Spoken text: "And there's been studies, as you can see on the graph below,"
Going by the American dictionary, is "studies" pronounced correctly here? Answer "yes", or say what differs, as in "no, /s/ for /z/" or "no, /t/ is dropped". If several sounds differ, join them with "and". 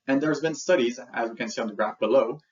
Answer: yes